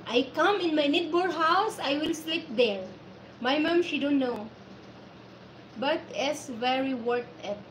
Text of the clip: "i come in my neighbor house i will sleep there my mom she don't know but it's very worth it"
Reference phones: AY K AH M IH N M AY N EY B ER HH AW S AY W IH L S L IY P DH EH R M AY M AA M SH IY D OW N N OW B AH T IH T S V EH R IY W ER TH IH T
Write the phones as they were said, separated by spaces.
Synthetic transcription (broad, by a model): AY K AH M IH N M AY N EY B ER HH AW S AY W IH L S L IY P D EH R M AY M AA M SH IY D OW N N OW B AH T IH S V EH R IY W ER T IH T